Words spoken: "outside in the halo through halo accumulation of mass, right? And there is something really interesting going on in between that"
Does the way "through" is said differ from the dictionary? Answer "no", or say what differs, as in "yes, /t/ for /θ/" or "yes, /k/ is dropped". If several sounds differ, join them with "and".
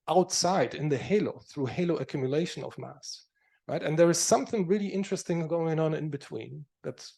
no